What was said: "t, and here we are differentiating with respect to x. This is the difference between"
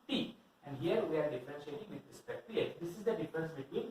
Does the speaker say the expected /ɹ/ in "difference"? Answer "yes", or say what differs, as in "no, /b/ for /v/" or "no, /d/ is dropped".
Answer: no, /ɹ/ is dropped